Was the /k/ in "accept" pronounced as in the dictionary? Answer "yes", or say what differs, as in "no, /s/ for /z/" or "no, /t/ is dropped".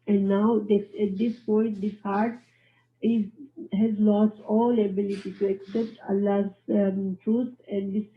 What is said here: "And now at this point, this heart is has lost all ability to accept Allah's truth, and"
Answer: yes